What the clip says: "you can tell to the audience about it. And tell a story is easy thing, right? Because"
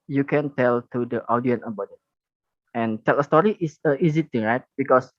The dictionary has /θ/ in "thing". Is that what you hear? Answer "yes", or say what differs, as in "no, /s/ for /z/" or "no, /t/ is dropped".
no, /t/ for /θ/